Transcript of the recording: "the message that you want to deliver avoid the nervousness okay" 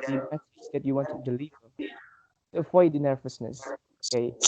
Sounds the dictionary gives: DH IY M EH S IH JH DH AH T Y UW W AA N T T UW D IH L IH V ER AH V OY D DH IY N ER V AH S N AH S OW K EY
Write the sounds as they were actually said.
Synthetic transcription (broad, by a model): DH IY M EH TH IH Z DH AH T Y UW W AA N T T UW D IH L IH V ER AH F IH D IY N ER V AH S N AH S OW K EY